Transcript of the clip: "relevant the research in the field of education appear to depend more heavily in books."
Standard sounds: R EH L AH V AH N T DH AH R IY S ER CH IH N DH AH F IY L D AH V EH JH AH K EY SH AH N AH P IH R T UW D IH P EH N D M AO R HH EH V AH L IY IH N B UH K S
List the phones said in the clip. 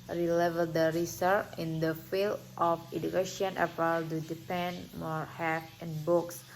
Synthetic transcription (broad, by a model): R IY L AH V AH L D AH R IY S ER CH IH N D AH F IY L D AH F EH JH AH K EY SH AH N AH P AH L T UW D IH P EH N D M AO R HH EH F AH N B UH K S